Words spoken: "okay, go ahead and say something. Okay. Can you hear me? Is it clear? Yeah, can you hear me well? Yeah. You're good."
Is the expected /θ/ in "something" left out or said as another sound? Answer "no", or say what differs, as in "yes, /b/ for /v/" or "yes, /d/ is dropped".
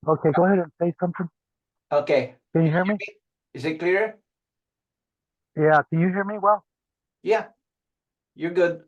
no